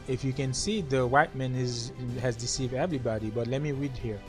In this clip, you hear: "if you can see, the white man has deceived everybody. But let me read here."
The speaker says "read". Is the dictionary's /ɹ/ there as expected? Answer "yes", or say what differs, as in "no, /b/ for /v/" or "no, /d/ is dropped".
yes